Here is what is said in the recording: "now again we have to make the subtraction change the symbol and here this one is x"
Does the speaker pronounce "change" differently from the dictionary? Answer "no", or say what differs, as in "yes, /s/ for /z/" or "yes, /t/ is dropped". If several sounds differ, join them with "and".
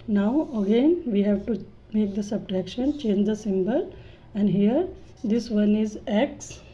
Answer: no